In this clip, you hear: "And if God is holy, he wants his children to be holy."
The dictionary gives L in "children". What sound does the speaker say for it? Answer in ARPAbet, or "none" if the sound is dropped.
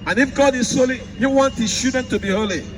none